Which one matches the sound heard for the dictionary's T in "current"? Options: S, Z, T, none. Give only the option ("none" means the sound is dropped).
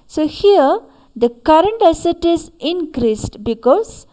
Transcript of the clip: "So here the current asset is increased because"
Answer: T